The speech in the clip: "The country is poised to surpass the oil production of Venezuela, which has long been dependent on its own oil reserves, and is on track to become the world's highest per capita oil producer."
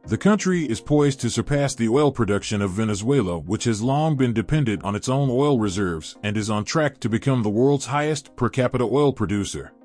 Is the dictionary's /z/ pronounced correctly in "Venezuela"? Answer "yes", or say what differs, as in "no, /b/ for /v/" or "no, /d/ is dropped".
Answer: yes